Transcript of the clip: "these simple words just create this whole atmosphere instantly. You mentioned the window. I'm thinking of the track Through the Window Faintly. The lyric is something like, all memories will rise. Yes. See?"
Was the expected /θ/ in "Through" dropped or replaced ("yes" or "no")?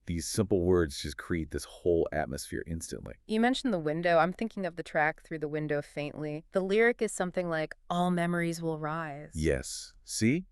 no